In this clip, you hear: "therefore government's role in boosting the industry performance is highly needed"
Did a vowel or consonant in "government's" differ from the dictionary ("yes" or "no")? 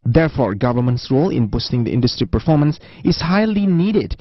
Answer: no